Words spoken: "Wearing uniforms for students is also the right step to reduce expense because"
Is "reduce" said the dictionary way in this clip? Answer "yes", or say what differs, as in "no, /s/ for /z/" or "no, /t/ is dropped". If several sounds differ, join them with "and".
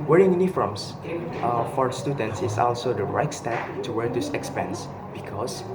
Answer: no, /w/ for /ɹ/